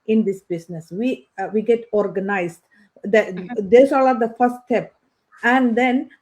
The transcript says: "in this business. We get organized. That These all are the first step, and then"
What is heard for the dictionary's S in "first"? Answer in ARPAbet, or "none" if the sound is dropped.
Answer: none